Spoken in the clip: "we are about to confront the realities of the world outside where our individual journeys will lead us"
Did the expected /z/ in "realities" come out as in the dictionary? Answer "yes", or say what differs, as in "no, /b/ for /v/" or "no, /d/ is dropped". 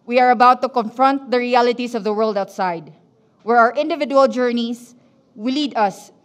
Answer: no, /s/ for /z/